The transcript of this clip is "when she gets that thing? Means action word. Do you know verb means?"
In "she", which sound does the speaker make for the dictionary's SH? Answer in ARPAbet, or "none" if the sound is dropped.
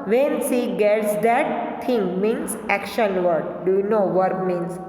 S